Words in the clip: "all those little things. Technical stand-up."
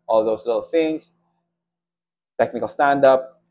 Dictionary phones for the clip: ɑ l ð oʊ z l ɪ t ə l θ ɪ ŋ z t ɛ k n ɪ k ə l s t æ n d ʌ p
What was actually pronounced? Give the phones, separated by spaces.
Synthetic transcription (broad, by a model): ɑ l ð oʊ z l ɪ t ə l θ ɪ ŋ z t ɛ k n ɪ k ə l s t æ n d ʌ p